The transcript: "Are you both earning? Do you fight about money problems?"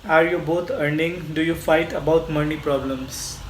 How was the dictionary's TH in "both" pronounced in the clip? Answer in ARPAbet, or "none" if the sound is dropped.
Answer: T